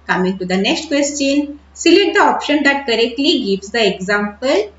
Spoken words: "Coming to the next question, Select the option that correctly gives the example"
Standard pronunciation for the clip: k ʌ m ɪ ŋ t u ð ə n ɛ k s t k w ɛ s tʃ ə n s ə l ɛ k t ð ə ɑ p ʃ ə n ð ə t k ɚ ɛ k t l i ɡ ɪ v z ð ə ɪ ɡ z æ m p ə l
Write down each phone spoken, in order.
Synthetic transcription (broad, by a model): k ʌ m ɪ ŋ t u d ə n ɛ k s t k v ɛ s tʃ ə n s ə l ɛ t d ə ɑ p ʃ ə n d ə t k ɚ ɛ k t l i ɡ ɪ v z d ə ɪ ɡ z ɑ m p ə l